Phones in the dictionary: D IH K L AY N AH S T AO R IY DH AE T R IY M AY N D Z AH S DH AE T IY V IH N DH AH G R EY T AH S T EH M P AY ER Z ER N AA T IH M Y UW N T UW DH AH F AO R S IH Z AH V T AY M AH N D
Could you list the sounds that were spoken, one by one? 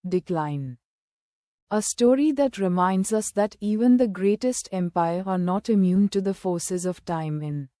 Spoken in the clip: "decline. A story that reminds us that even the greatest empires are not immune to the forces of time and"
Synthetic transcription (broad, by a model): D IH K L AY N AH S T AO R IY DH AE T R IY M AY N D Z AH S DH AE T IY V IH N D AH G R EY T AH S T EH M P AY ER ER N AA T IH M Y UW N T UW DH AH F AO R S IH Z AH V T AY M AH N